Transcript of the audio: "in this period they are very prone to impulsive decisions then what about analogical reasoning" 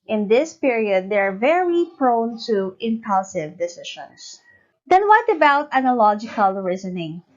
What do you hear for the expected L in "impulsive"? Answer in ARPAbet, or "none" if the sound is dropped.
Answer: L